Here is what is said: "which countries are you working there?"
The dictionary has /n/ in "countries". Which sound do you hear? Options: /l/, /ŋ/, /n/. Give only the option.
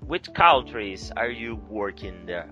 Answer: /l/